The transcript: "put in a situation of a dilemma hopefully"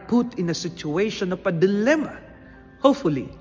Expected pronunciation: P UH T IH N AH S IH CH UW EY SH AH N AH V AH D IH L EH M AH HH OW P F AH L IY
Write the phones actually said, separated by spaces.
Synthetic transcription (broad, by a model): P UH T IH N AH S IH CH UW EY SH AH N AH P AH D IH L EH M AH HH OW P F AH L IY